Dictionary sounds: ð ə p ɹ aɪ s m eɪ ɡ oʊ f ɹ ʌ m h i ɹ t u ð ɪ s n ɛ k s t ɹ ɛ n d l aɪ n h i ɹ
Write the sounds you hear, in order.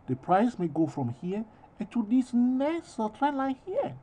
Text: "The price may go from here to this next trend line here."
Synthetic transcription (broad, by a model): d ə p ɹ aɪ s m eɪ ɡ oʊ f ɹ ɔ m h i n t u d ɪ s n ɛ s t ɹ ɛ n l aɪ n h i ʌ